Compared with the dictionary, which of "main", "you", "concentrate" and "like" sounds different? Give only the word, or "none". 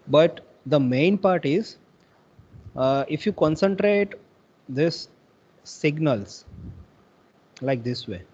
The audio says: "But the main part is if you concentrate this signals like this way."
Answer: none